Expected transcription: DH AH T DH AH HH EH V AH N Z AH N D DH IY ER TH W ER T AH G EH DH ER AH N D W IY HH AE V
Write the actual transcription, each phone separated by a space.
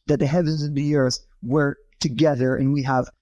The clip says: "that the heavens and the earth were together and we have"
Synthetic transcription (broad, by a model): DH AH T DH AH HH EH V AH N Z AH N DH IY ER TH W ER T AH G EH DH ER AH N W IY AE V